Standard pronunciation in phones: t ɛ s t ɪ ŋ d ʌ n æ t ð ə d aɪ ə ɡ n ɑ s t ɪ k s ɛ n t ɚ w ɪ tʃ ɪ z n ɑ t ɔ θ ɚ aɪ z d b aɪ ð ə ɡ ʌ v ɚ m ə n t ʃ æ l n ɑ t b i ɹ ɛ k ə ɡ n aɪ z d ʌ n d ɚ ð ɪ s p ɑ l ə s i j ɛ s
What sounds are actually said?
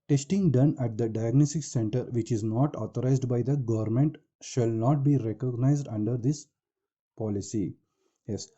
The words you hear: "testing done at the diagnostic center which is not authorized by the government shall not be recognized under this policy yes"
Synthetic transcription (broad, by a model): t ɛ s t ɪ ŋ d ʌ n æ t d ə d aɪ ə ɡ n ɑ s t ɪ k s ɛ n t ɚ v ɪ tʃ ɪ z n ɑ t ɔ t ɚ aɪ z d b aɪ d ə ɡ ʌ v ɚ m ə n t ʃ æ l n ɑ t b i ɹ ɛ k ə ɡ n aɪ z d ʌ n d ɚ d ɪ s p ɑ l ə s i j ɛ s